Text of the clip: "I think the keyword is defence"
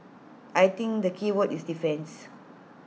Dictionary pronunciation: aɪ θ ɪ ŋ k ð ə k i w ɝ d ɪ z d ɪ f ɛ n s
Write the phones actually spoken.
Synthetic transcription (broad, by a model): aɪ t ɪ ŋ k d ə k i w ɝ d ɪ s d ɪ f ɛ n s